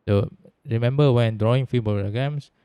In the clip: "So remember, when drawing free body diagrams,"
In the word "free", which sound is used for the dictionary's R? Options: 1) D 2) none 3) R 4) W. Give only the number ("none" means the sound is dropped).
2